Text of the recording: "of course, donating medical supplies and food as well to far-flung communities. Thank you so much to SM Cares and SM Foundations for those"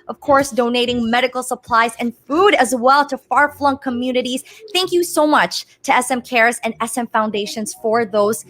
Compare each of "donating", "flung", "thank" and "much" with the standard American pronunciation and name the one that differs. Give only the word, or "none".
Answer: none